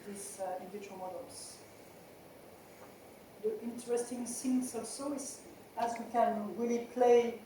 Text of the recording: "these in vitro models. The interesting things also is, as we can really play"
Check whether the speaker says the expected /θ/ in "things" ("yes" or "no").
no